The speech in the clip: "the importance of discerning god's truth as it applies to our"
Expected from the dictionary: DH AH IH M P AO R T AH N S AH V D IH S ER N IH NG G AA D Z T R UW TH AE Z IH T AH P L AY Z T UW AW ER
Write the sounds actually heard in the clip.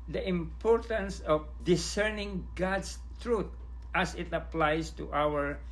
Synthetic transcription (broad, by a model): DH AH IH M P AO R T AH N S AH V D IH S ER N IH NG G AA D S T R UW T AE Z IH T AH P L AY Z T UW AW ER